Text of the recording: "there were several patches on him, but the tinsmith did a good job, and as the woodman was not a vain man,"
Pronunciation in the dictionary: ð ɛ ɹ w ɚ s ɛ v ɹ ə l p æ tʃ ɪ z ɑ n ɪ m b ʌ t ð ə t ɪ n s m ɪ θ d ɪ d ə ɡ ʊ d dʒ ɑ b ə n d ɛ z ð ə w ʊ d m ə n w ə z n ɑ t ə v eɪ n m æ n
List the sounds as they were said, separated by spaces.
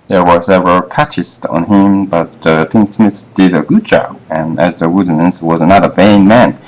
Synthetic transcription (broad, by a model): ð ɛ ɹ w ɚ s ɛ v ə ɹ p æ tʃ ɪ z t n ɪ m b ʌ t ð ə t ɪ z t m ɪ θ d ɪ d ə ɡ ʊ d dʒ ɑ b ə n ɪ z ð ə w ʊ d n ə n w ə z n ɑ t ə v eɪ n m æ n